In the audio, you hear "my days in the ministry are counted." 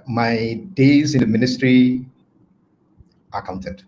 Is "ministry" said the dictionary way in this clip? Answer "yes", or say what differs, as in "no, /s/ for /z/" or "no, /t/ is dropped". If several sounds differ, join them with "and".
yes